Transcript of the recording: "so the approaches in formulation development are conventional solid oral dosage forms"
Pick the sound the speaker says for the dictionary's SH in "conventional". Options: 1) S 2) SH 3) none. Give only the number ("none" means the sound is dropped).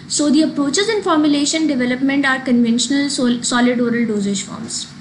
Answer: 2